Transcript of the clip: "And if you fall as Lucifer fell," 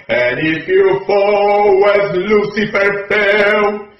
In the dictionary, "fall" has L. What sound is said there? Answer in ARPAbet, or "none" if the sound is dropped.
W